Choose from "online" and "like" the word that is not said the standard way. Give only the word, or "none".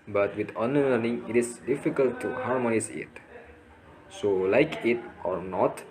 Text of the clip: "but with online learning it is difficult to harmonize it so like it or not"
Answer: online